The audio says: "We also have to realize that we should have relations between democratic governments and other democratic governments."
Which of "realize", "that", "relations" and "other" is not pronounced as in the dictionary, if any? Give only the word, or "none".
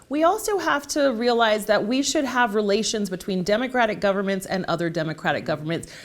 none